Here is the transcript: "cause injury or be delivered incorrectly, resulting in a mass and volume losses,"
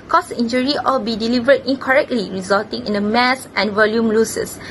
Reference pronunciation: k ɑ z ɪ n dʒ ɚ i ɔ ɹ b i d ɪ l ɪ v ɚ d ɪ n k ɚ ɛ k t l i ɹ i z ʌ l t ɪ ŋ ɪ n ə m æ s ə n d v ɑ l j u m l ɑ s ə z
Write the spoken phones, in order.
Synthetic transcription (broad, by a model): k ɑ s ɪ n dʒ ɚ i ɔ l b i d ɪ l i v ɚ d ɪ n k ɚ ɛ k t l i ɹ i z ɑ l t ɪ ŋ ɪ n ə m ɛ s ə n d v ɑ l j u m l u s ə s